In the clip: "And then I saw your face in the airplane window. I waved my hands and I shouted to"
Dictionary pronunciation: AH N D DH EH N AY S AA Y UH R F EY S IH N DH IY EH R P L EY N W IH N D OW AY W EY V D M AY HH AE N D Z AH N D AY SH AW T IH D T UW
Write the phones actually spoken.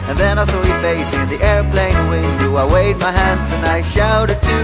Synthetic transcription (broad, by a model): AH N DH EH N AY S AA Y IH F EY S IH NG DH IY EH R P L EY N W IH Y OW AY W EY D M AY HH AE N D Z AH N AY SH AW T IH D T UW